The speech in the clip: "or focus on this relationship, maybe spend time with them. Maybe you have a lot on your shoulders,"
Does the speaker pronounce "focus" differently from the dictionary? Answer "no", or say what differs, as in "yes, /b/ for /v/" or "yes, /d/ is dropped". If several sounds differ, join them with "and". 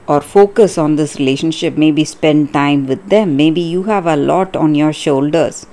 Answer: no